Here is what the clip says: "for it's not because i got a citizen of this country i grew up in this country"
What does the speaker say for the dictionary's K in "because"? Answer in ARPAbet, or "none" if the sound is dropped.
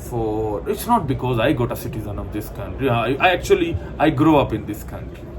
K